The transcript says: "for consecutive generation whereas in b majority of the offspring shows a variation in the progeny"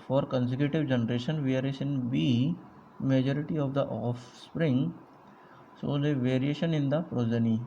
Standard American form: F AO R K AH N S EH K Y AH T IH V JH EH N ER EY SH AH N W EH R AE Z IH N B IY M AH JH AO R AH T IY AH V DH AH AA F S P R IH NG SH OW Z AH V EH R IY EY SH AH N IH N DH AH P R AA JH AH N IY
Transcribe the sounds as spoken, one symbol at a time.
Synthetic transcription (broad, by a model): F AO R K AH N S EH K Y AH T IH V JH EH N ER EY SH AH N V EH R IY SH IH N B IY M AH JH AO R AH T IY AH V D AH AA F S P R IH NG S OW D AH V EH R IY EY SH AH N IH N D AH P R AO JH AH N IY